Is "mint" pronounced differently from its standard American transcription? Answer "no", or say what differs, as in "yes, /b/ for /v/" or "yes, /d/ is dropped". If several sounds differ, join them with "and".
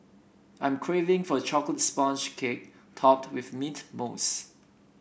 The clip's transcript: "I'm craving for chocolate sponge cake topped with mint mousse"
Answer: yes, /n/ is dropped